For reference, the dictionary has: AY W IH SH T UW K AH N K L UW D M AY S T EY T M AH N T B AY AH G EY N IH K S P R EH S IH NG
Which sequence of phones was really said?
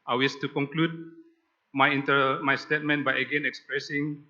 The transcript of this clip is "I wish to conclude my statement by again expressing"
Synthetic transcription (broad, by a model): AY W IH S T UW K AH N K L UW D M AY S T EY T M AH N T B AY AH G EY N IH K S P R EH S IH NG